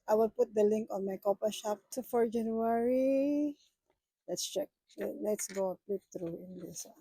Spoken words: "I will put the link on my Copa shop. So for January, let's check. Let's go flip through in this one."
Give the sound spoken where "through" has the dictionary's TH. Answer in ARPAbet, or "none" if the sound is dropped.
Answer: T